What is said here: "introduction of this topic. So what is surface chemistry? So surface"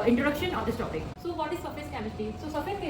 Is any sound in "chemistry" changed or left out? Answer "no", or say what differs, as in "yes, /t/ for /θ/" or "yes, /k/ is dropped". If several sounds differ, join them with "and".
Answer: yes, /ɹ/ is dropped